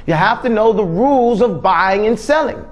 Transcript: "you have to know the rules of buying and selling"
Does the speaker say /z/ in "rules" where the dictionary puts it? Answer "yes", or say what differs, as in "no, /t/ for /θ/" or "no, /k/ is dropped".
yes